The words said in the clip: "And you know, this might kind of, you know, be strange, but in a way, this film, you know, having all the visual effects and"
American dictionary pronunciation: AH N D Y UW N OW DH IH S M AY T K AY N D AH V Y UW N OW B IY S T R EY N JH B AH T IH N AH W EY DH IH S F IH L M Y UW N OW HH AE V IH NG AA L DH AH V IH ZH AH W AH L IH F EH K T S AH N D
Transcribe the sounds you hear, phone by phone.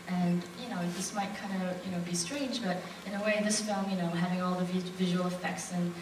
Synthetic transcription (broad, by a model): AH N Y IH N OW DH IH S M AY T K AY N D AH Y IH N OW B IY S T R EY N JH B AH T IH N AH W EY DH IH S F IH L M Y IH N OW HH AE V IH NG AA L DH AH V IH ZH AH W AH L IH F EH K T S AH N